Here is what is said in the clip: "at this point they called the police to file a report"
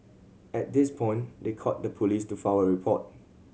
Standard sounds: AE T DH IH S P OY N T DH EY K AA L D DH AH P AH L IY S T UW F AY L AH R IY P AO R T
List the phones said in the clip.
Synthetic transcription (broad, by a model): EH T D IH S P OY N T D EY K AA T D AH P AH L IY S T UW F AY W AH R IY P AO T